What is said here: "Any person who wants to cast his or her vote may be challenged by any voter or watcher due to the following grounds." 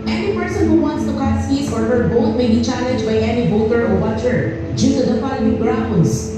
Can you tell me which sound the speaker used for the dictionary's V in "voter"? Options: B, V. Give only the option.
B